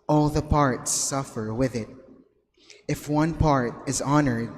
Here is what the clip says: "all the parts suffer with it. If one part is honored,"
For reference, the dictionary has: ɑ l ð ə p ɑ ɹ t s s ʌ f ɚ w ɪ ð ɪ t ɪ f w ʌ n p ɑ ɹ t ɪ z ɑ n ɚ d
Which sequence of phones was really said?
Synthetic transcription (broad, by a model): ɑ l ð ə p ɑ ɹ t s s ʌ f ɚ w ɪ ð ɪ t ɪ f w ʌ n p ɑ ɹ t ɪ z ɑ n ɚ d